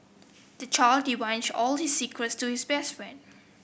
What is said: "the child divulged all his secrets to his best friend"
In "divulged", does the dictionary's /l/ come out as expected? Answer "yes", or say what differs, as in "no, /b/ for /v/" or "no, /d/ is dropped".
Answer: no, /n/ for /l/